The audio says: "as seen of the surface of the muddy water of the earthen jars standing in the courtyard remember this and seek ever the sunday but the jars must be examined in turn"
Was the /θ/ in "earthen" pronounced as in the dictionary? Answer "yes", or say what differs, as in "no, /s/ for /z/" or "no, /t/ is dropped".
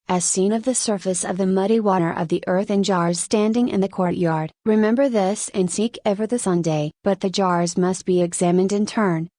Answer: yes